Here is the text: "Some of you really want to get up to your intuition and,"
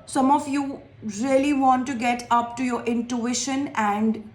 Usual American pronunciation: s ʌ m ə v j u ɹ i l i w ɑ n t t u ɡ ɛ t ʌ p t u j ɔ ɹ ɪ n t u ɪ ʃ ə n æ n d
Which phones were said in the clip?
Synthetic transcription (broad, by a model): s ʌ m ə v j u ɹ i l i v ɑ n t t u ɡ ɛ t ʌ p t u j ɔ ɹ ɪ n t u ɪ ʃ ə n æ n d